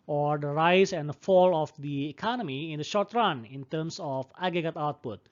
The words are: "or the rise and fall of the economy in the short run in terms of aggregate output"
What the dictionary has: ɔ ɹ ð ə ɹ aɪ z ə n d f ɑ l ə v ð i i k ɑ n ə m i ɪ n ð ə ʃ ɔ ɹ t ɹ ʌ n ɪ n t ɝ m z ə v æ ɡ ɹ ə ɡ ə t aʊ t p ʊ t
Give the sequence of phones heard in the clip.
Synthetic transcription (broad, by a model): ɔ ɹ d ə ɹ aɪ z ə n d f ɑ l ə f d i i k ɑ n ə m i ɪ n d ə ʃ ɔ ɹ t ɹ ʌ n ɪ n t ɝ m s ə f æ ɡ ɹ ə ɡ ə t aʊ t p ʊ t